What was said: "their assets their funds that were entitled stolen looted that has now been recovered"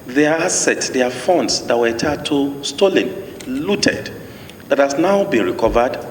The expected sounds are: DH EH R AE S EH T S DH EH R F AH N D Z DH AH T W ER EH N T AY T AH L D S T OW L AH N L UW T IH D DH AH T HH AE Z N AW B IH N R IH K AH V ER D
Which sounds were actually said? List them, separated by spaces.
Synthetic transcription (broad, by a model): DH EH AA S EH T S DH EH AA F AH N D S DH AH T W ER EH T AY T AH S T OW L AH N L UW T IH D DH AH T HH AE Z N AW B IH N R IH K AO V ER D